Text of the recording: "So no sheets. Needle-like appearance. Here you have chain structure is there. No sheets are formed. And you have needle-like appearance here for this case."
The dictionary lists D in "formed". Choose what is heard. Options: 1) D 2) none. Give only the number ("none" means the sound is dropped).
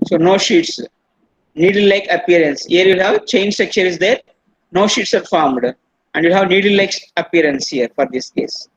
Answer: 1